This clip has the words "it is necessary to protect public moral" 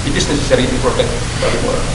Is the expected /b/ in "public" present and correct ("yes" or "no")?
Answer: no